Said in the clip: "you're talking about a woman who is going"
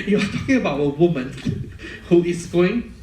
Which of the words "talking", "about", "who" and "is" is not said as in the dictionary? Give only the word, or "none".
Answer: is